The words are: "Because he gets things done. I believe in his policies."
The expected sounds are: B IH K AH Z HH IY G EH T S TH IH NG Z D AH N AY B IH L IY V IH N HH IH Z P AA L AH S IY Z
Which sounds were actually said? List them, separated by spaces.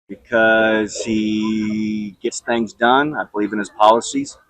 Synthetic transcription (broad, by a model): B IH K AH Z HH IY G EH T S TH IH NG Z D AH N AY B IH L IY V IH N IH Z P AA L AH S IY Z